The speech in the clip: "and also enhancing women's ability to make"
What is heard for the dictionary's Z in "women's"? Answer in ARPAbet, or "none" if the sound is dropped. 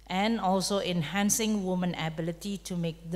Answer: none